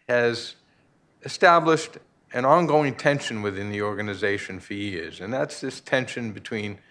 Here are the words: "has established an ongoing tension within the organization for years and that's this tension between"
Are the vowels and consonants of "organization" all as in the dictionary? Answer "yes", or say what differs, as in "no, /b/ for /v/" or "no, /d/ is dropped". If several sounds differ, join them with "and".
yes